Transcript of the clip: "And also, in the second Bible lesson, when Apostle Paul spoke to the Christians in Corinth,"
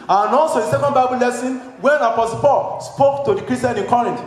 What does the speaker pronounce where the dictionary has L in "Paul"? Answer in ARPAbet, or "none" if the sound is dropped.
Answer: L